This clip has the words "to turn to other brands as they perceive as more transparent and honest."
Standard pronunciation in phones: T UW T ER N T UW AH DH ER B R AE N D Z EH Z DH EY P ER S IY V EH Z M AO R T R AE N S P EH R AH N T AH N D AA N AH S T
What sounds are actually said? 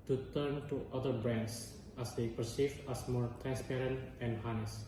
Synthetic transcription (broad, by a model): T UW T ER N T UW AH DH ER B R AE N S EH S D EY P ER S IY V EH S M AO R T R AE N S P EH R AH N T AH N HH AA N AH S